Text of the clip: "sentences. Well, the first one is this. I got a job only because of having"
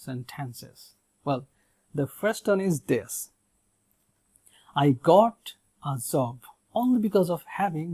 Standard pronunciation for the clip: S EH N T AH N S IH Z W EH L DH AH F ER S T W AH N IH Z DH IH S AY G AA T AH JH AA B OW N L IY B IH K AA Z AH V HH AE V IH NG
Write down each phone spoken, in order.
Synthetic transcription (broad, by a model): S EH N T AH N S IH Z W EH L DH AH F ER S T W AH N IH Z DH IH S AY G AA T AH Z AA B OW N L IY B IH K AA Z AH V HH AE V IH NG